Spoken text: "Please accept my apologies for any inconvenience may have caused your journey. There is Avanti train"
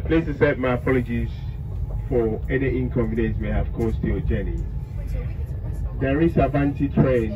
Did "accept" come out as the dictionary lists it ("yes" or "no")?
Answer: no